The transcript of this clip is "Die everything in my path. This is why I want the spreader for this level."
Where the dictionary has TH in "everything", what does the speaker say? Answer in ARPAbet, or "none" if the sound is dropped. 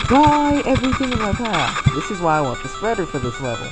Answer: TH